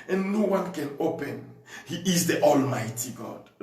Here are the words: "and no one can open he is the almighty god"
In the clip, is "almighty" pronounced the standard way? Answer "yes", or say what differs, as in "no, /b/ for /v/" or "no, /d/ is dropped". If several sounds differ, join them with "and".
yes